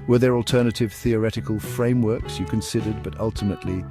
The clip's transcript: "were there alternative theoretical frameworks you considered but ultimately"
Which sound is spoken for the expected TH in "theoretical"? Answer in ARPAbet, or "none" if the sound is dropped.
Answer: TH